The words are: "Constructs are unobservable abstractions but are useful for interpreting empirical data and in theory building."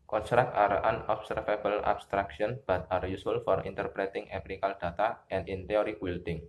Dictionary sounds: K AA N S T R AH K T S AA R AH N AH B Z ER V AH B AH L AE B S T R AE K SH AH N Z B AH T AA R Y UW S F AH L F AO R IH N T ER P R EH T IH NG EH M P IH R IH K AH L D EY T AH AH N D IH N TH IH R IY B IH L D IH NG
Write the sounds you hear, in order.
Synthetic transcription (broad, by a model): K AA N S T R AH K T AA R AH N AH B S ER F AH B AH L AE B S T R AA K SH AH N B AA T AA R Y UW S AH L F AO R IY N T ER P R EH T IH NG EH P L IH K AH L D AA T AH AH N D IH N T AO R IY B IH L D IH NG